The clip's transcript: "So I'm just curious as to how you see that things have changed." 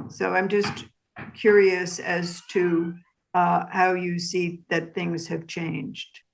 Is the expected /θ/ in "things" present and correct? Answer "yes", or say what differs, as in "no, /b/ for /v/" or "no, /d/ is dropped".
yes